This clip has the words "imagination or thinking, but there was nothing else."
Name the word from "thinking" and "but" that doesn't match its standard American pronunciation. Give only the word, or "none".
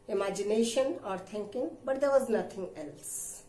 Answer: thinking